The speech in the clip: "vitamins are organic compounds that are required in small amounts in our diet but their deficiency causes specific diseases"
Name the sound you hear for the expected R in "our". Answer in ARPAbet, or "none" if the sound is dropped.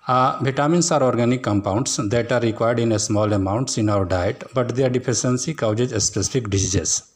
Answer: W